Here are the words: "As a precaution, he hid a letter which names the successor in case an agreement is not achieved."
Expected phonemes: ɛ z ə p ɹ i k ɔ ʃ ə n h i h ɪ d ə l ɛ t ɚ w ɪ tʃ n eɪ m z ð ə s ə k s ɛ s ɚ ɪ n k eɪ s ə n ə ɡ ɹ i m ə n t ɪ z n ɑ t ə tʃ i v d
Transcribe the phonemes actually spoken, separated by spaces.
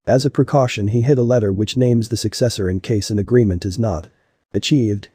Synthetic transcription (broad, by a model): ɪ z ə p ɹ i k ɔ ʃ ə n i h ɪ d ə l ɛ t ɚ w ɪ tʃ n eɪ m z ð ə s ə k s ɛ s ɚ ɪ n k eɪ s ə n ə ɡ ɹ i m ə n t ɪ z n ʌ t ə tʃ i v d